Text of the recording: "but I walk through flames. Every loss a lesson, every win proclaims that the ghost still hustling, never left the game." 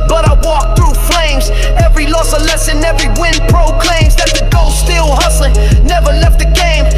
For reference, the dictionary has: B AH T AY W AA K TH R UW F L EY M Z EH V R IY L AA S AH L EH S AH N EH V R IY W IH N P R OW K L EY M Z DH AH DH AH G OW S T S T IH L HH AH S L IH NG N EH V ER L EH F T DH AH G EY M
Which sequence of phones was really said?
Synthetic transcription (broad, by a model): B AH T AY W AA K TH R UW F L EY M Z EH V R IY L AA S AH L EH S AH N EH V R IY W IH N P R OW K L EY M Z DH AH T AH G OW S S T IH L HH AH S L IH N N EH V ER L EH F T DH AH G EY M